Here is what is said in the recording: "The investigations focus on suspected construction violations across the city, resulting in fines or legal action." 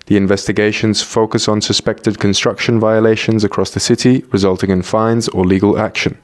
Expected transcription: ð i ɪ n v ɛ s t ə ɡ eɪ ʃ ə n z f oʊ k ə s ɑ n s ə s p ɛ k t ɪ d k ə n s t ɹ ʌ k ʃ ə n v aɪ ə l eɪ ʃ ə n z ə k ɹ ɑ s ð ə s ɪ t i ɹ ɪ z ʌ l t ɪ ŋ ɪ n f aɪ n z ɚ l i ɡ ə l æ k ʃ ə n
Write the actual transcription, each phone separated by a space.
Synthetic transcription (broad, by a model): ð i ɪ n v ɛ s t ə ɡ eɪ ʃ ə n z f oʊ k ə s n s ə s p ɛ k t ɪ d k ə n s t ɹ ʌ k ʃ ə n v aɪ ə l eɪ ʃ ə n z ə k ɹ ɑ s ð ə s ɪ t i ɹ ɪ z ʌ l t ɪ ŋ ɪ n f aɪ n z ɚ l i ɡ ə l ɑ k ʃ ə n